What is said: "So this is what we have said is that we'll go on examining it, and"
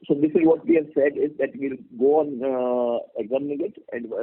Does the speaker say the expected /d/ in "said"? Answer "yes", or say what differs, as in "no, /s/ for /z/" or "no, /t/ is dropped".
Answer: yes